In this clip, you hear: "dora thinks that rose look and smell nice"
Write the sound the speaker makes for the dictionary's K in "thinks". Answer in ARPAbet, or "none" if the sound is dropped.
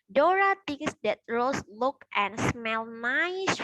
none